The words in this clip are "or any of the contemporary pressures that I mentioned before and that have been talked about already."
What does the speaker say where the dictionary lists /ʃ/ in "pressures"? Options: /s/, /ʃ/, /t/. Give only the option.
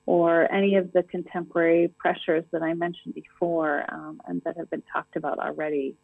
/ʃ/